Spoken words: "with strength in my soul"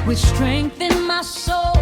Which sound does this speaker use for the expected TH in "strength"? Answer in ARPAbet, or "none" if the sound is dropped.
TH